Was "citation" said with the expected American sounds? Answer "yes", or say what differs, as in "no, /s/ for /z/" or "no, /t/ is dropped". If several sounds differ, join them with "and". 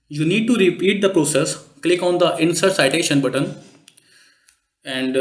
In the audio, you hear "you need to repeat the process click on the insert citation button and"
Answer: yes